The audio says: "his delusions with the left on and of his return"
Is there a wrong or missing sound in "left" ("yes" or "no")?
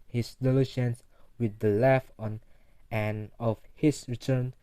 yes